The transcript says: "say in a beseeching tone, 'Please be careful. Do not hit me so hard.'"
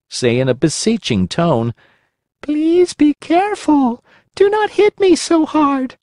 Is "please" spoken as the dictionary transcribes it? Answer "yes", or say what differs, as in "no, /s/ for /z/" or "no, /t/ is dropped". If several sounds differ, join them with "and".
yes